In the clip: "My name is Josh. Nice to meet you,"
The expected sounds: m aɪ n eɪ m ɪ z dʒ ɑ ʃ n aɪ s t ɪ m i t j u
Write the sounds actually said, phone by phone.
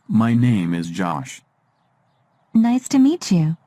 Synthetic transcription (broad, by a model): m aɪ n eɪ m ɪ z dʒ ɑ ʃ n aɪ s t ɪ m i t j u